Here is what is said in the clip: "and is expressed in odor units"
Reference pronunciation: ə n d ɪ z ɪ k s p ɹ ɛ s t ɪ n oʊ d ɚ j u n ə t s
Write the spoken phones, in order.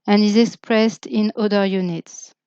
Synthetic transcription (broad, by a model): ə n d ɪ z ɪ k s p ɹ ɛ s t ɪ n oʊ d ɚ j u n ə t s